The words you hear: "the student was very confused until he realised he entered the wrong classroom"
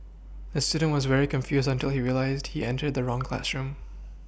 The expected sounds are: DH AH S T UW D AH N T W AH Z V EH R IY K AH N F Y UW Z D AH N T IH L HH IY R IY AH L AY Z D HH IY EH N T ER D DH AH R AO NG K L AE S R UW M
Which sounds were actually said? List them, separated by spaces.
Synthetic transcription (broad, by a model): DH AH S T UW D N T W AH Z V EH R IY K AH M F Y UW Z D AH N T IH L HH IY R IY AH L AY Z D HH IY EH N T ER D DH AH R AO NG K L AE S R UW M